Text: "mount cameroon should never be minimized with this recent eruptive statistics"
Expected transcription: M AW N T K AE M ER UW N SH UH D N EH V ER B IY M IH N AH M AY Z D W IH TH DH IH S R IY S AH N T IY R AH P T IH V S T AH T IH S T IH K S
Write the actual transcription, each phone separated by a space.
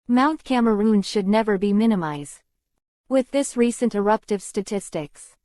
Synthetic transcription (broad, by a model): M AW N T K AE M ER UW N SH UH D N EH V ER B IY M IH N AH M AY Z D W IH DH IH S R IY S AH N T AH R AH P T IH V S T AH T IH S T IH K S